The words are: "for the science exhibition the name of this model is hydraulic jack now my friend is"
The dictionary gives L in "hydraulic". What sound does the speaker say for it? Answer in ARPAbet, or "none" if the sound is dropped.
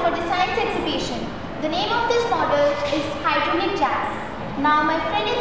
N